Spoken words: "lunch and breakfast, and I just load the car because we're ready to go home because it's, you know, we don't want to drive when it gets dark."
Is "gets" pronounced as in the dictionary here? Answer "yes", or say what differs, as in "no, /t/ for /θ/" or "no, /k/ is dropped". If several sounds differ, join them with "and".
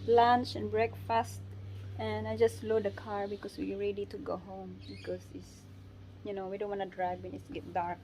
no, /s/ is dropped